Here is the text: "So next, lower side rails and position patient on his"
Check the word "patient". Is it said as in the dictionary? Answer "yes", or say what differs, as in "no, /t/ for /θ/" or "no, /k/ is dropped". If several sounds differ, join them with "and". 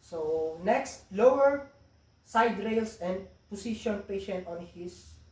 yes